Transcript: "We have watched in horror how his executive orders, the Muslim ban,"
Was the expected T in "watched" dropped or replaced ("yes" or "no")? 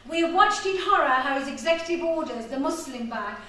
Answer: no